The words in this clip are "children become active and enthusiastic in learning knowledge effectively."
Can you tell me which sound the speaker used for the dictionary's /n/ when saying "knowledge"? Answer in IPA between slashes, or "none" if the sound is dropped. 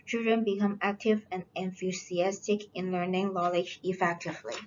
/l/